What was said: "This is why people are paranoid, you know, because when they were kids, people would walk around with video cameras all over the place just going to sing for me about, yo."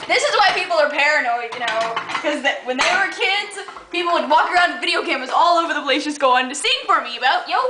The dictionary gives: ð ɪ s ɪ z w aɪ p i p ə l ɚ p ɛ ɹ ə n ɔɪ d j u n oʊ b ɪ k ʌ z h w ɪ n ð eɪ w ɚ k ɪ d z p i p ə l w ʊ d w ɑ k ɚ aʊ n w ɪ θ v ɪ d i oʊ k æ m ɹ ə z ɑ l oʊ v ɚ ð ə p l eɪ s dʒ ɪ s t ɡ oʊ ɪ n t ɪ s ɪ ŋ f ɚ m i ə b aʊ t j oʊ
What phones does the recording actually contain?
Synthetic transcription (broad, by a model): ð ɪ s ɪ z w aɪ p i p l ɚ p ɛ ɹ ə n ɔɪ d j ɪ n oʊ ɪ k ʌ z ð w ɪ n ð eɪ w ɚ k ɪ d z p i p l w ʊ d w ɑ k ɚ aʊ n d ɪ v ɪ d i oʊ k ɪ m ə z ɑ l oʊ v ɚ ð ə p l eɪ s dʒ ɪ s ɡ oʊ ɪ n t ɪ s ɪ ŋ f ɚ m i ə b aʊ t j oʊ